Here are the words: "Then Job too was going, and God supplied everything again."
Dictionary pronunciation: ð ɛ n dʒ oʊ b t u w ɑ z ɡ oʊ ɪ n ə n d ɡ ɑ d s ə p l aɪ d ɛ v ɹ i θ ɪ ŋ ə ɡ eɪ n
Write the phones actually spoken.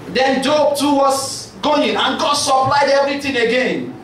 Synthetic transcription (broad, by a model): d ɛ n dʒ oʊ b t u w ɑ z ɡ oʊ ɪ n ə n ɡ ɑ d s ə p l aɪ d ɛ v ɹ i t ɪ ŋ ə ɡ eɪ n